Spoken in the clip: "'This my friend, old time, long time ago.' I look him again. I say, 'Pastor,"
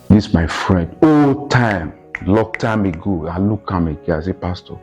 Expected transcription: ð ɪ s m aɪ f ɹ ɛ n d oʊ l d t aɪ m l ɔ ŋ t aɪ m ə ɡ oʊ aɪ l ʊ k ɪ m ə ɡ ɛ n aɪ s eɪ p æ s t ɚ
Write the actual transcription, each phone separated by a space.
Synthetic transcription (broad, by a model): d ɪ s m aɪ f ɹ ɛ n d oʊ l t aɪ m l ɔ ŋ t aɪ m ə ɡ oʊ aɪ l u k ɪ m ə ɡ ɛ aɪ s eɪ p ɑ s t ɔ